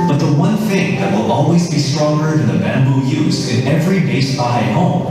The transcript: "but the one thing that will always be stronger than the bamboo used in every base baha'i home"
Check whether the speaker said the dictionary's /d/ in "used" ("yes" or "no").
no